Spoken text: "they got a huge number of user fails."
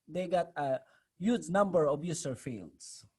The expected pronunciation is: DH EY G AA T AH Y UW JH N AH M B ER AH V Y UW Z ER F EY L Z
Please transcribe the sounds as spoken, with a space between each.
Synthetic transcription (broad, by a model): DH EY G AA T AH Y UW JH N AH M B ER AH B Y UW S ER F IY L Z